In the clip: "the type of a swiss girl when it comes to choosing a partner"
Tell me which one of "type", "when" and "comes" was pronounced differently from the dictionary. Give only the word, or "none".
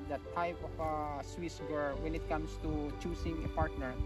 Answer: comes